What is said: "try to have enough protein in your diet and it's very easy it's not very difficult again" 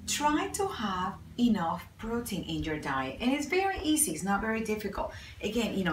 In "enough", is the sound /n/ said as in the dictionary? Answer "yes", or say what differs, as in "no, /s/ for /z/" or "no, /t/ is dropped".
yes